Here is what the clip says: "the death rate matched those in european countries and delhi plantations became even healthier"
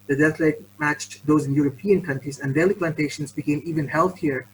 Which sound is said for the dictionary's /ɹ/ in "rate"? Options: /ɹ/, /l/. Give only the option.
/l/